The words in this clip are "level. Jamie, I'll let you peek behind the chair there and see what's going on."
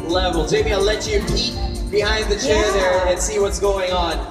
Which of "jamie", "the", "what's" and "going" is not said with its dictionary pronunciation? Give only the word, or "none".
jamie